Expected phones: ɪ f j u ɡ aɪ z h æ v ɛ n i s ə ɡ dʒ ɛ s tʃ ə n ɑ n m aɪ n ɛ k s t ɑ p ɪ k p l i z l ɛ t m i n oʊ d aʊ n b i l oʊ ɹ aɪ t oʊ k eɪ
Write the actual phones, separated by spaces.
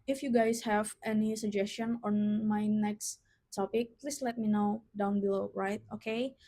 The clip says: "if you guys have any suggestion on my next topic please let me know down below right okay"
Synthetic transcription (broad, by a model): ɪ f j u ɡ aɪ s h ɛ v ɛ n i s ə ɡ dʒ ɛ s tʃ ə n ɑ n m aɪ n ɛ k s t ɑ p ɪ k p l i s l ɛ t m i n oʊ d aʊ n b i l oʊ ɹ aɪ t oʊ k eɪ